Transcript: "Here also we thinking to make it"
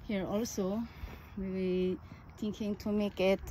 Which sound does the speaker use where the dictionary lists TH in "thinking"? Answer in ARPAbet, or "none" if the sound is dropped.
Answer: T